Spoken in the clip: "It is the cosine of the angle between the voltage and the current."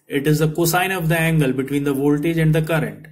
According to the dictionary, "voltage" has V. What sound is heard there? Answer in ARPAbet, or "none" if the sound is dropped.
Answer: V